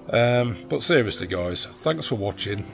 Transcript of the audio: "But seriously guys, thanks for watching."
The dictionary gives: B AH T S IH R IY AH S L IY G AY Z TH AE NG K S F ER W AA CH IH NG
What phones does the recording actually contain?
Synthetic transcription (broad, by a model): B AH T S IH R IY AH S L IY G AY Z TH AE NG K S F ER W AA CH IH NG